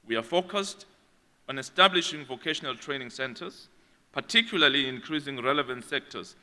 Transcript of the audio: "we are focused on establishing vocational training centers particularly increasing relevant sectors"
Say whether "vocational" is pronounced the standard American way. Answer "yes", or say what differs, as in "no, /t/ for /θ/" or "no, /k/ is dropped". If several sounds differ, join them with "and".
yes